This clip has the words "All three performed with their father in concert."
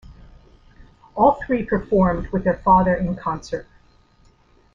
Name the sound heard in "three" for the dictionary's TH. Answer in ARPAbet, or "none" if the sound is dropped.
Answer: TH